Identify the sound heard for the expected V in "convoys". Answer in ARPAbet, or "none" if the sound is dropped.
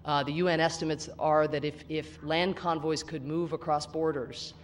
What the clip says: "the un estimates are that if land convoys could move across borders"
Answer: V